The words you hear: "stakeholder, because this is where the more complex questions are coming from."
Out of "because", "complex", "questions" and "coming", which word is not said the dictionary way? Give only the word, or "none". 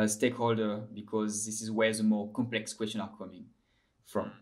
questions